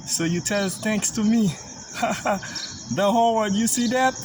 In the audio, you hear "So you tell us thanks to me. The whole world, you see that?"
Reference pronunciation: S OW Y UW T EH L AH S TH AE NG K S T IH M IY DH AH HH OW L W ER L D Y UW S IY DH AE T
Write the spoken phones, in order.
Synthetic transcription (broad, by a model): S OW Y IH T EH L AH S TH AE NG K S T IH M IY DH AH HH OW L W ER D Y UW S IY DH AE T